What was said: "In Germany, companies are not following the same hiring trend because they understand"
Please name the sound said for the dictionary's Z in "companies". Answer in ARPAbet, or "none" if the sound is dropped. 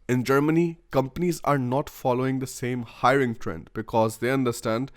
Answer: Z